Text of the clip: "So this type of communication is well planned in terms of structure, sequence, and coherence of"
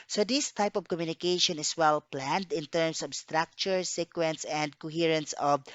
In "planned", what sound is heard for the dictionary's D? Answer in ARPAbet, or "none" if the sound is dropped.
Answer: D